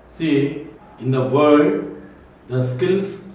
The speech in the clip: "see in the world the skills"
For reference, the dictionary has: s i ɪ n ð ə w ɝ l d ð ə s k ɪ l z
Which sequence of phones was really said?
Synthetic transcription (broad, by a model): s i ɪ n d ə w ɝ d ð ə s k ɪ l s